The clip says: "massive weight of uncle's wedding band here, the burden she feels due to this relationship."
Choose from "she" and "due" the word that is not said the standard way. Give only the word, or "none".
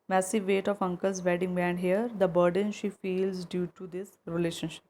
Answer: none